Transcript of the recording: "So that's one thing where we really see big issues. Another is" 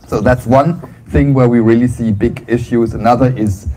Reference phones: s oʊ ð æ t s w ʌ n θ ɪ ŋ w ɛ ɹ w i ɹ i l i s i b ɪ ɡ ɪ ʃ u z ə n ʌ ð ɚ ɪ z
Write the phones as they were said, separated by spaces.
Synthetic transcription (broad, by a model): s oʊ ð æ t s w ʌ n θ ɪ ŋ w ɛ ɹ w i ɹ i l i s i b ɪ ɡ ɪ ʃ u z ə n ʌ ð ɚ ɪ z